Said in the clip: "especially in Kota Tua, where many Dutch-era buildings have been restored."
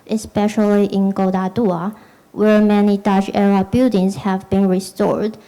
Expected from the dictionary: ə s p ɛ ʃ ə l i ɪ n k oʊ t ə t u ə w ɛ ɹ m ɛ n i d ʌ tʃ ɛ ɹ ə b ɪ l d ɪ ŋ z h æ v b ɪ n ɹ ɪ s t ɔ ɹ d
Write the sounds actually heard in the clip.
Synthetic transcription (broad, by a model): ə s p ɛ ʃ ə l i ɪ n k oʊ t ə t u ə w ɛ ɹ m ɛ n i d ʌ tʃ ɛ ɹ ə b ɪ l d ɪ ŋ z h æ v b ɪ n ɹ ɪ s t ɔ ɹ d